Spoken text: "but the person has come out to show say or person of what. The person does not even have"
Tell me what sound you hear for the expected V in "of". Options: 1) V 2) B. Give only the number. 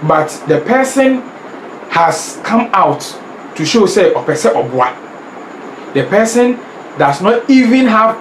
2